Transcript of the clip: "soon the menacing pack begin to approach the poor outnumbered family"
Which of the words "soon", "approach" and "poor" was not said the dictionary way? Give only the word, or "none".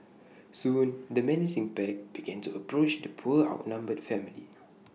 poor